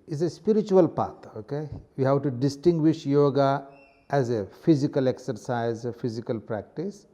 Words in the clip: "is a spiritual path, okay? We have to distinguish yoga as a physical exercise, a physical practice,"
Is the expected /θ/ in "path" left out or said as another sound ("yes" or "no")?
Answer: yes